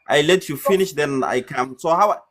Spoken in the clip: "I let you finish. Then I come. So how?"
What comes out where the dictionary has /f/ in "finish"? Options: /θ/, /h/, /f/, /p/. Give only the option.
/f/